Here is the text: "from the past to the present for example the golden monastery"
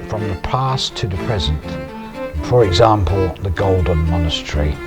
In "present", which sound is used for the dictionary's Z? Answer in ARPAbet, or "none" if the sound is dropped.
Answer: Z